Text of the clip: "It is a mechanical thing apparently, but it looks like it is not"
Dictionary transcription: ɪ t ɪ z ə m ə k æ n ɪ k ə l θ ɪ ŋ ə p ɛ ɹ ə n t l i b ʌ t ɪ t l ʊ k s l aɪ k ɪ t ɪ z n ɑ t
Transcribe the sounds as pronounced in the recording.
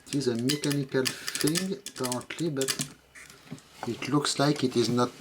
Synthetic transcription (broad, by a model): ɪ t ɪ z ə m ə k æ n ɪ k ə l f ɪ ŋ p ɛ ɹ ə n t l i b ʌ t ɪ t l ʊ k s l aɪ k ɪ t ɪ z n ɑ t